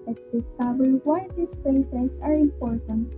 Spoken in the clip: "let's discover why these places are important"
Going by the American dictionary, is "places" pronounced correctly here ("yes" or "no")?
no